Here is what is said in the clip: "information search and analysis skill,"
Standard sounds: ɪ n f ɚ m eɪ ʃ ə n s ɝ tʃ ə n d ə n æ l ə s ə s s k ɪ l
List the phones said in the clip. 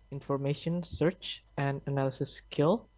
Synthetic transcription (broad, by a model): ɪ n f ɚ m eɪ ʃ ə n s ɝ tʃ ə n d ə n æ l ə s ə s s k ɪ l